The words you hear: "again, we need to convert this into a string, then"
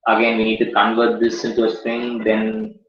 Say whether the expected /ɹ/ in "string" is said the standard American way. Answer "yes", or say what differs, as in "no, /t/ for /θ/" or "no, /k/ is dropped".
no, /ɹ/ is dropped